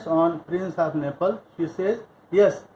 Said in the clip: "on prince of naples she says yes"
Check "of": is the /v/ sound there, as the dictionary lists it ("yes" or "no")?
no